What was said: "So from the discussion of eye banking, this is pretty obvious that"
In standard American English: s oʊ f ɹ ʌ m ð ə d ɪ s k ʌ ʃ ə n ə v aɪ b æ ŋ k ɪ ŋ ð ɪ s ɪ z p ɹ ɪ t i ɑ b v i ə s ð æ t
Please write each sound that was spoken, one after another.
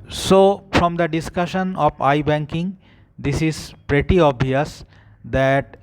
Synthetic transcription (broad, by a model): s oʊ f ɹ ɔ m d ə d ɪ s k ʌ ʃ ə n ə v aɪ b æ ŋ k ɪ ŋ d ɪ s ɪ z p ɹ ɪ t i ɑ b i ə s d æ t